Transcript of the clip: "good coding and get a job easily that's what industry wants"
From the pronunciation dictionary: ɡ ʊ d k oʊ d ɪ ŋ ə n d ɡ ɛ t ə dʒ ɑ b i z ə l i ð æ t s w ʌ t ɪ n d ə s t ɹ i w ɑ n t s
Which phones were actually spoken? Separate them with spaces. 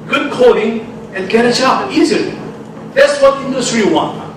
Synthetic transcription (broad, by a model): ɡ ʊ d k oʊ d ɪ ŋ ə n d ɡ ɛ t ə tʃ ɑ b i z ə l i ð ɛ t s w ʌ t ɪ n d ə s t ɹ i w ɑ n